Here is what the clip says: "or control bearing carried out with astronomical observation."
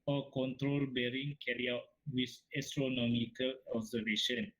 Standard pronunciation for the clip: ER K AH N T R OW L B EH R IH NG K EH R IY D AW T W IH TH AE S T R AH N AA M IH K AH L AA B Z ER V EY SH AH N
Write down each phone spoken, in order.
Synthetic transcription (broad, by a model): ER K AH N T R OW L B EH R IH NG K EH R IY AW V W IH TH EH S T R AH N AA M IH K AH L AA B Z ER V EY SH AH N